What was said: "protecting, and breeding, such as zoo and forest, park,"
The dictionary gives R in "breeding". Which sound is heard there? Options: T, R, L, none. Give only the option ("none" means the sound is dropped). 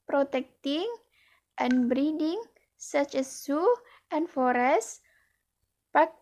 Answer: R